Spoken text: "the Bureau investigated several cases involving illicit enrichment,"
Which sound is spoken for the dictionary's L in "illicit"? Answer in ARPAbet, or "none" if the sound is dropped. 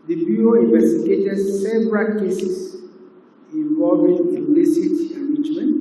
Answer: N